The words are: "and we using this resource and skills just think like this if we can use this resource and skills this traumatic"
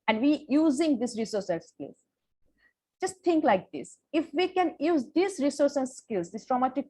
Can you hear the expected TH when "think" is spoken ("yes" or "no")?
no